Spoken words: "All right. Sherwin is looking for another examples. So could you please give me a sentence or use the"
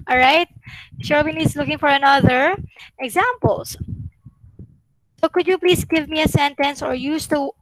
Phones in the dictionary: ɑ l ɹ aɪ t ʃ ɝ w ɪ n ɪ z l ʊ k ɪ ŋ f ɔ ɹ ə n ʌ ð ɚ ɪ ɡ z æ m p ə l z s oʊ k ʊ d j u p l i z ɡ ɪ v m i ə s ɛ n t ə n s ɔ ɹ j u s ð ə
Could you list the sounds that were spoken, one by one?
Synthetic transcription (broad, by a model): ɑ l ɹ aɪ t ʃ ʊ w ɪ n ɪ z l ʊ k ɪ ŋ f ɔ ɹ ə n ʌ ð ɚ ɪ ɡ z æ m p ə l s s oʊ k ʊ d j u p l i s ɡ ɪ v m i ə s ɛ n t ə n s ɔ ɹ j u s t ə